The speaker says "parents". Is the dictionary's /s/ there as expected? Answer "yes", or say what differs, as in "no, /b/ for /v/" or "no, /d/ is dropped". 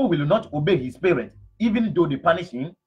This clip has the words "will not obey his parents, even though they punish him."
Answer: no, /s/ is dropped